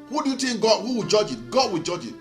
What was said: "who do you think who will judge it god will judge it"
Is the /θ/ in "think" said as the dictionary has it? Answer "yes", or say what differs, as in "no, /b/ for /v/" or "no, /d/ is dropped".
no, /t/ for /θ/